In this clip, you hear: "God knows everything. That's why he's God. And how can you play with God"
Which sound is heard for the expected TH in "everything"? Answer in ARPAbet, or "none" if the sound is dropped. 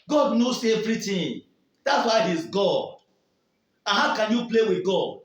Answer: T